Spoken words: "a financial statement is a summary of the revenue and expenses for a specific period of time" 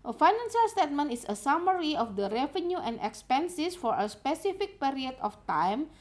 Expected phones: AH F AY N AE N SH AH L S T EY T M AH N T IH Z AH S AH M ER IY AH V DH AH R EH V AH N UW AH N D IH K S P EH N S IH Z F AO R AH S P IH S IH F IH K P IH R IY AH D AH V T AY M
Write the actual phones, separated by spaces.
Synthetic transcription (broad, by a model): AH F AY N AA N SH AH L S T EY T M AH N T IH S AH S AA M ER IY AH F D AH R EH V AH N UW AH N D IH K S P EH N S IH S F AO R AH S P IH S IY F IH K P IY R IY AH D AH F T AY M